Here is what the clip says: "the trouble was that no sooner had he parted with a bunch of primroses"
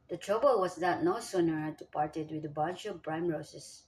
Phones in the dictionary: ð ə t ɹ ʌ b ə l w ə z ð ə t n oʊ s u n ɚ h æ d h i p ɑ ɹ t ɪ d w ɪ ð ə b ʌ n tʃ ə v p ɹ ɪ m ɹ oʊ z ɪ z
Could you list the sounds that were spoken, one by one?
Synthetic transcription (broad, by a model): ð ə t ɹ ʌ b ə l w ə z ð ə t n oʊ s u n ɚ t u p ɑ ɹ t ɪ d w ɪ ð ə b ʌ n tʃ ə v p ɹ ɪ m ɹ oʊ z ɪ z